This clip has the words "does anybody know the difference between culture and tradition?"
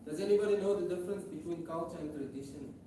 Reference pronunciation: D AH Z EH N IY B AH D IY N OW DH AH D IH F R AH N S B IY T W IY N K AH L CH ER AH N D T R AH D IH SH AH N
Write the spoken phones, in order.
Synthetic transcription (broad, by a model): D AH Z EH N IY B AH D IY N OW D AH D IH F R AH N S B IY T W IY N K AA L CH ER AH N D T R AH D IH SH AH N